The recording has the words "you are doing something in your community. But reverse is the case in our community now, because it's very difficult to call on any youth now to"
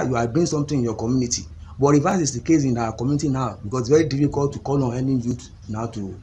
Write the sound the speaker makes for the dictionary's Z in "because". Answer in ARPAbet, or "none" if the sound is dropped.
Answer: S